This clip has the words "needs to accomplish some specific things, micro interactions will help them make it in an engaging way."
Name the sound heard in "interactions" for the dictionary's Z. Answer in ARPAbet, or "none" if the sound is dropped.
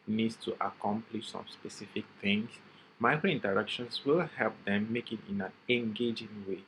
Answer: S